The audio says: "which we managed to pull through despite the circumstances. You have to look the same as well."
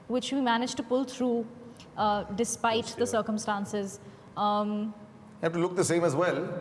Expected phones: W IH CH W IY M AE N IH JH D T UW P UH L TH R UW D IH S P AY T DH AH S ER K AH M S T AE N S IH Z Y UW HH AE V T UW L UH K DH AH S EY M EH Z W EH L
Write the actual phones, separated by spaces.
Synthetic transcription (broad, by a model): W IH CH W IY M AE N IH JH T UW P UH L T R UW D IH S P AY T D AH S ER K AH M S T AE N S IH Z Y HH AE F T UW L UH K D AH S EY M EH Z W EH L